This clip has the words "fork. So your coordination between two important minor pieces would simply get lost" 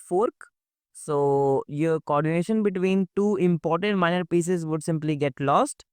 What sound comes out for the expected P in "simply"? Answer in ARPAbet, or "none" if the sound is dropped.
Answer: P